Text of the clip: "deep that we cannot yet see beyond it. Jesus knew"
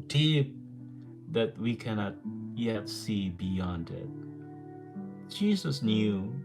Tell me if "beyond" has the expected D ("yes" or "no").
yes